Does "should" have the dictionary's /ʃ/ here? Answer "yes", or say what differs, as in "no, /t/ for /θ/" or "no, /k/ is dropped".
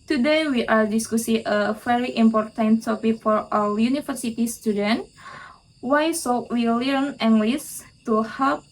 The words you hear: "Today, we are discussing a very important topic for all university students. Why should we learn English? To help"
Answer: no, /s/ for /ʃ/